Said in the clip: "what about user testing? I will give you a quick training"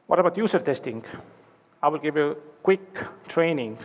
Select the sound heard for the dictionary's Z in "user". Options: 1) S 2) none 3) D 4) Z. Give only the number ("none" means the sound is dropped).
1